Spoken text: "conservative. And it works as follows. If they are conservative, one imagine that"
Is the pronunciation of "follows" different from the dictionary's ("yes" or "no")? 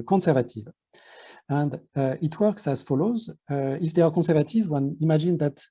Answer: no